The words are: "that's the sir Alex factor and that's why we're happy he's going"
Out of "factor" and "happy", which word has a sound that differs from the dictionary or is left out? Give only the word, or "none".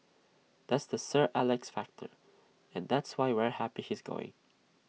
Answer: none